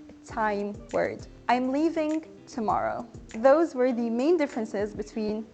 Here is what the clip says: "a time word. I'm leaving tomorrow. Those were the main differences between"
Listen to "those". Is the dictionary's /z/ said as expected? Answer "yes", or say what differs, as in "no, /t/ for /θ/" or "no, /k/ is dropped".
yes